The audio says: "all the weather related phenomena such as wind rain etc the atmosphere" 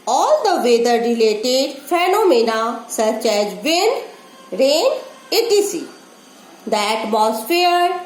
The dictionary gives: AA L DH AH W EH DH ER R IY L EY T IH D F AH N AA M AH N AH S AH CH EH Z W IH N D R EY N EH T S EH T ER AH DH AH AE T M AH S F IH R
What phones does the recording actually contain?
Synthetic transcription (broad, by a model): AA L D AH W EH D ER R IY L EY T IH D F AH N AA M AH N AH S AH CH EH Z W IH N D R EY N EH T IY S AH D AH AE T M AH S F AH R